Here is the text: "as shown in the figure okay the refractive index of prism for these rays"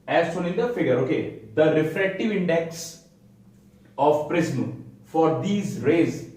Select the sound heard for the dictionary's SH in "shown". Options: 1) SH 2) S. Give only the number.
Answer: 2